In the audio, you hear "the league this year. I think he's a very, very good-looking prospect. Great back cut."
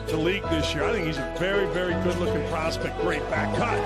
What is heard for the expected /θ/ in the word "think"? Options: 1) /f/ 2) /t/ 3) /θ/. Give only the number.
3